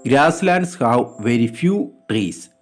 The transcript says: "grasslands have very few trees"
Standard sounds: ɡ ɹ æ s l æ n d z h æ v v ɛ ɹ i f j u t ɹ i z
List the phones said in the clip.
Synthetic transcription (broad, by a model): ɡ ɹ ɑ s l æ n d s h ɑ w v ɛ ɹ i f j u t ɹ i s